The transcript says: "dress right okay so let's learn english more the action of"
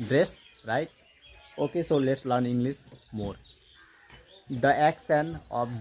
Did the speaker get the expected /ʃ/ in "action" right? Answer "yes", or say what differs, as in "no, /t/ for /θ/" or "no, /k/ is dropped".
no, /s/ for /ʃ/